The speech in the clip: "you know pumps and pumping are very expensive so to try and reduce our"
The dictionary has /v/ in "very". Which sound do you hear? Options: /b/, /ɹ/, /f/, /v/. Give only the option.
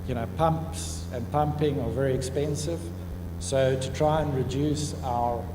/v/